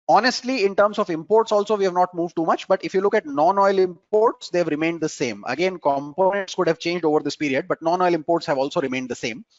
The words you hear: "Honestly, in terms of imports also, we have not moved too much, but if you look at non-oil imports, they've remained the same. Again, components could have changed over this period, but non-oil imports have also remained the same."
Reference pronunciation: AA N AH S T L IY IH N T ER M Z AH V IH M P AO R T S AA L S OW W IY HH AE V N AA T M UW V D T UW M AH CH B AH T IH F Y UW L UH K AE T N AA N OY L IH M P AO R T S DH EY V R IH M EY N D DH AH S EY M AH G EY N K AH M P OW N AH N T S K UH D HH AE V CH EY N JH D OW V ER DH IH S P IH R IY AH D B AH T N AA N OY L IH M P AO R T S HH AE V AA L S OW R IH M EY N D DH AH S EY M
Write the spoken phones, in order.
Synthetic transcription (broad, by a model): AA N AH S T L IY IH N T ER M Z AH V IH M P AO R T S AA L S OW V IY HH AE V N AA T M UW V D T UW M AH CH B AH T IH F Y UW L UH K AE T N AA N OY L IH M P AO R T S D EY V R IH M EY N D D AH S EY M AH G EY N K AH M P OW N AH N T S K UH D HH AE V CH EY N JH D OW V ER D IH S P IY R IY AH D B AH T N AA N OY L IH M P AO R T S HH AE V AA L S OW R IH M EY N D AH S EY M